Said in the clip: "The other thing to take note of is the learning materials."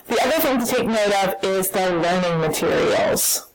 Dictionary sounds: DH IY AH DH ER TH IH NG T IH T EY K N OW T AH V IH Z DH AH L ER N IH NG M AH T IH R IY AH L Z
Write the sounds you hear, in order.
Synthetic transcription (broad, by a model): DH IY AH DH ER TH IH NG T IH T EY K N OW T AH V IH Z DH AH L ER N IH NG M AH T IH R IY L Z